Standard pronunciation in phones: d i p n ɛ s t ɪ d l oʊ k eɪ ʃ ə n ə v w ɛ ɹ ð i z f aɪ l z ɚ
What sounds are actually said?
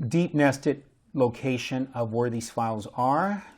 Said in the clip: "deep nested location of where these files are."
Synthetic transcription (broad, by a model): d i p n ɛ s t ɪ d l oʊ k eɪ ʃ ə n ə v w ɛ ɹ ð i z f aɪ l z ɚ